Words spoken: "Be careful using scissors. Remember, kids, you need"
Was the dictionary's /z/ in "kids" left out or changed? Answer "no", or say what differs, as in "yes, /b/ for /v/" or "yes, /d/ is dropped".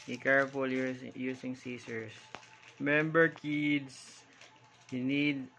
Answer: yes, /s/ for /z/